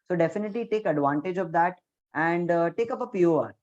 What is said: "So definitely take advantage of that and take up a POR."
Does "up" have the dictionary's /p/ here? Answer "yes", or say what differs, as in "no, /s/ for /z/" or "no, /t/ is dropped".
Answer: yes